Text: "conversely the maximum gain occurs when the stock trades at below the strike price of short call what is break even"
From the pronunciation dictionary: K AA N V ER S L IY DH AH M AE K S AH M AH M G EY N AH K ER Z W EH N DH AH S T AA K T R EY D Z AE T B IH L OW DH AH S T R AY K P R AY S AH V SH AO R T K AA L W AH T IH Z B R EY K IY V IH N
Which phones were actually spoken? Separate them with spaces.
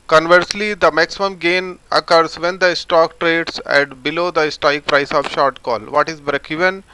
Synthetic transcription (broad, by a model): K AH N V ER S L IY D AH M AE K S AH M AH M G EY N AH K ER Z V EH N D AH S T AA K T R EY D S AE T B IH L OW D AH S T AY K P R AY S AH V SH AO R T K AA L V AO T IH Z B R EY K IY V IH N